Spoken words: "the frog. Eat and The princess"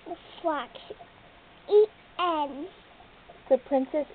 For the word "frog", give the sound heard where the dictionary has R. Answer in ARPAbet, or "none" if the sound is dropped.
L